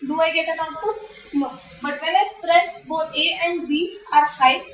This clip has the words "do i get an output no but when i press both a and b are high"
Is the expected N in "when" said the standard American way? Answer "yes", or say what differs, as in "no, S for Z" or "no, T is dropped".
no, L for N